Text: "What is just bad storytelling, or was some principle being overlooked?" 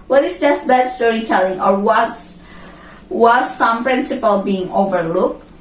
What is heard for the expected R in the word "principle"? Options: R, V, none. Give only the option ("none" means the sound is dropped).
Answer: R